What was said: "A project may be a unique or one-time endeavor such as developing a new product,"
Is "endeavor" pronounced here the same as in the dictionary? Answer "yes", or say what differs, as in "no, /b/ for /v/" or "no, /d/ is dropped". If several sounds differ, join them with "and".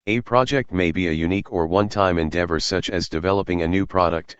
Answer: yes